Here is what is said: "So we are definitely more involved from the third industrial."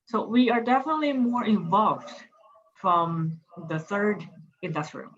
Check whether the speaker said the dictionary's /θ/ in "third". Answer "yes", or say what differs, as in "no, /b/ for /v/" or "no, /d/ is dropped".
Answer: yes